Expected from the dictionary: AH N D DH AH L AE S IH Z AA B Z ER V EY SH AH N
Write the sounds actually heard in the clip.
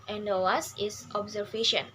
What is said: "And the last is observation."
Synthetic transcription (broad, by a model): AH N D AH W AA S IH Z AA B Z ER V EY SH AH N